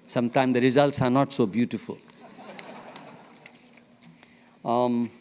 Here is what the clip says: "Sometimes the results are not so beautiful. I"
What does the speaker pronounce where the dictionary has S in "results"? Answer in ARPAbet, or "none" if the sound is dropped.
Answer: S